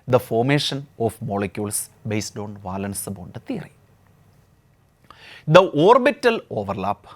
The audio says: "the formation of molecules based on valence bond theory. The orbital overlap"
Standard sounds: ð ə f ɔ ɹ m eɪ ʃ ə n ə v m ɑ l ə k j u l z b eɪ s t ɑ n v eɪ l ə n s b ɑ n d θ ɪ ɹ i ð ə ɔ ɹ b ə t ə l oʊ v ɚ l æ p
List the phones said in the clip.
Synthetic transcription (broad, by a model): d ə f ɔ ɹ m eɪ ʃ ə n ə f m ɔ l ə k j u l s b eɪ s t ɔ n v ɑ l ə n s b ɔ n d t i ɹ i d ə ɔ ɹ b ə t ə l oʊ v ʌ l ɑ p